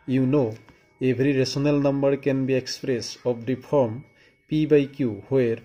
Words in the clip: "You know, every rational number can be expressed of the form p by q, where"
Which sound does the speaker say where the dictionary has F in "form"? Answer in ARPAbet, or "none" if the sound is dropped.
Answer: P